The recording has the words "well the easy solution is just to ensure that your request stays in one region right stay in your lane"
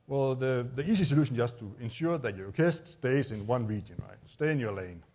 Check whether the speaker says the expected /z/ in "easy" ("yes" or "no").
no